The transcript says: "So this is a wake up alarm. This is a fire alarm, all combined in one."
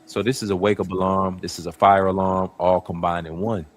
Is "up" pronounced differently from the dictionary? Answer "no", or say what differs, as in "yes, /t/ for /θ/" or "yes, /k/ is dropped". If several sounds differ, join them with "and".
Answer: yes, /b/ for /p/